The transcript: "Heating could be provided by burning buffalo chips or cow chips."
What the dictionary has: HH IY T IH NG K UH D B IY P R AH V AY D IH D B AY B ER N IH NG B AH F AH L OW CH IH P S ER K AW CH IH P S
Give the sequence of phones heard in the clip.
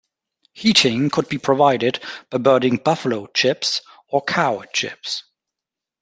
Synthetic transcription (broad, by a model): HH IY T IH NG K UH D B IY P R AH V AY D IH D B AY B ER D IH NG B AH F AH L OW CH IH P S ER K AW CH IH P S